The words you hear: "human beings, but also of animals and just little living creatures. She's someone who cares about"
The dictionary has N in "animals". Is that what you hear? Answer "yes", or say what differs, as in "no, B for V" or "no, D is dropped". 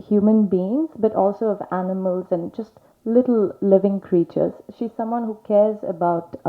yes